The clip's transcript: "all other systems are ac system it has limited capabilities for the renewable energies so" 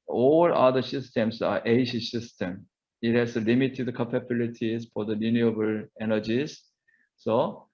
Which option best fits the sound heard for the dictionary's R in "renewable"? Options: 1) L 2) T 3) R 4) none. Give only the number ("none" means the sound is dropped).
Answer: 1